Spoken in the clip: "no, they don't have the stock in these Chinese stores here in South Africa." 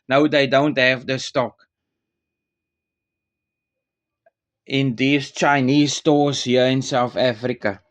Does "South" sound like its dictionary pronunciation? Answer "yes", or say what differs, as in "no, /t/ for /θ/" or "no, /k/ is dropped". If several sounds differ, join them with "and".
yes